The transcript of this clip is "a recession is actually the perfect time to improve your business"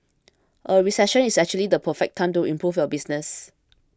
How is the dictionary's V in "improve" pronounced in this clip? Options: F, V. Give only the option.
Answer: F